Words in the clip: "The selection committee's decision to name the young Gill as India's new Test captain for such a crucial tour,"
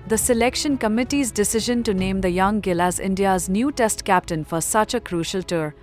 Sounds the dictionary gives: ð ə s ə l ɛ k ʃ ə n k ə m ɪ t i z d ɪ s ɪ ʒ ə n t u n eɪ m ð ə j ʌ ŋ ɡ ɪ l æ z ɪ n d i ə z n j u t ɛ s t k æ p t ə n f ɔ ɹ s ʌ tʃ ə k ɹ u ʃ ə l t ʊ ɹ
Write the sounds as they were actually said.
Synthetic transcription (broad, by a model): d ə s ə l ɛ k ʃ ə n k ə m ɪ t i z d ɪ s ɪ ʒ ə n t u n eɪ m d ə j ʌ ŋ ɡ ɪ l æ z ɪ n d i ə z n j u t ɛ s t k æ p t ə n f ɔ ɹ s ʌ tʃ ə k ɹ u ʃ ə l t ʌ ɹ